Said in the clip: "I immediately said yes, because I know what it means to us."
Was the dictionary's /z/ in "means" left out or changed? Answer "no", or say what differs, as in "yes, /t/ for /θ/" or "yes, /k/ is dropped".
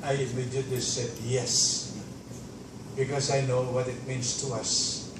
yes, /s/ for /z/